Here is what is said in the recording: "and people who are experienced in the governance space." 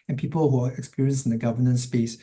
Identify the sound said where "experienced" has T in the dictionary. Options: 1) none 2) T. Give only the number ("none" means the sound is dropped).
1